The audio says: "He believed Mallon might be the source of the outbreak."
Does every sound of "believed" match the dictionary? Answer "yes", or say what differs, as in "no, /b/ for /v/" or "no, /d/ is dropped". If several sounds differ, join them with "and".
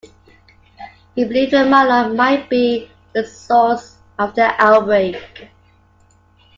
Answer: no, /v/ is dropped